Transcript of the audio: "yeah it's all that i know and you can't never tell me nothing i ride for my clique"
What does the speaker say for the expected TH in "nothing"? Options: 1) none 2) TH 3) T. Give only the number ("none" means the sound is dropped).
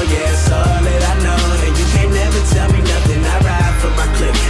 2